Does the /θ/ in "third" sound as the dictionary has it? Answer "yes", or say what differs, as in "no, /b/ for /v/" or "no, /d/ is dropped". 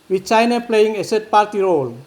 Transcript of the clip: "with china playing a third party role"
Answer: no, /s/ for /θ/